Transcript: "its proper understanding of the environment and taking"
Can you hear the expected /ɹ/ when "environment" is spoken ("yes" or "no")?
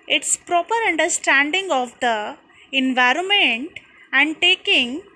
yes